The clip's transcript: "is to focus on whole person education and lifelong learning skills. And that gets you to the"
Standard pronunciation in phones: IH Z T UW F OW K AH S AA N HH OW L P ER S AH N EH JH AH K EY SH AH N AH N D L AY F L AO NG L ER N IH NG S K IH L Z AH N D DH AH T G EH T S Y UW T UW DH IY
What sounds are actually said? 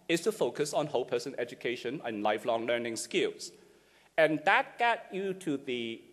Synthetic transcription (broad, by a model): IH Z T UW F OW K AH S AA N HH OW L P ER S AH N EH JH AH K EY SH AH N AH N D L AY F L AO NG L ER N IH NG S K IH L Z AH N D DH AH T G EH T Y UW T UW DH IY